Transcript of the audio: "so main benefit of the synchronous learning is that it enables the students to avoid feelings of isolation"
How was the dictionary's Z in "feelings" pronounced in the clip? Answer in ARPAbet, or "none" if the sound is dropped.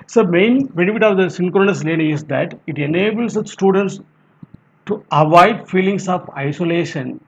S